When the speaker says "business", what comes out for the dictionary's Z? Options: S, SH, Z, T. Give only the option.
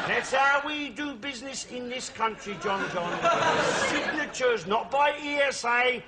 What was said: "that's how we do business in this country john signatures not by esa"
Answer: Z